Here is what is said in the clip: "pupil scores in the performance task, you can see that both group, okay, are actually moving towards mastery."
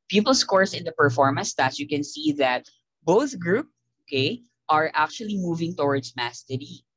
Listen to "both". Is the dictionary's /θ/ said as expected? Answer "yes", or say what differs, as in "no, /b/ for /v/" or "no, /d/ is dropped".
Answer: yes